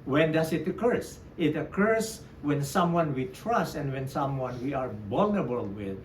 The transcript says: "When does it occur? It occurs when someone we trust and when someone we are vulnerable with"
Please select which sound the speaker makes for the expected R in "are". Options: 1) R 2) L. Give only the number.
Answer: 1